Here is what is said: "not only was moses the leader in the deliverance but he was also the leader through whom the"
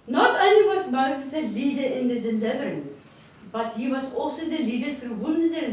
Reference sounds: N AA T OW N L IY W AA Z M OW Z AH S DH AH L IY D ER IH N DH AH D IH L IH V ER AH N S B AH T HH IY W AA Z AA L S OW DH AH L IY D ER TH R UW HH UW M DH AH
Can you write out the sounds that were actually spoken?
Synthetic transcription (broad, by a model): N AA T OW N L IY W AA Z M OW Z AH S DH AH L IY D ER IH N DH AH D IH L IH V ER AH N S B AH T HH IY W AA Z AA L S OW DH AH L IY D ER F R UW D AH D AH